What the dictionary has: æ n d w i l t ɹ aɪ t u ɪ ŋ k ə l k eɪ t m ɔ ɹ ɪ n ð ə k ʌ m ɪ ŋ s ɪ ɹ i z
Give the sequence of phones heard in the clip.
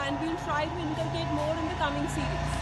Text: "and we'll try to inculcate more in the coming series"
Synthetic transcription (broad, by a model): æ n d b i n t ɹ aɪ t u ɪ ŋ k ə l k eɪ t m ɔ ɹ ɪ n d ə k ʌ m ɪ ŋ s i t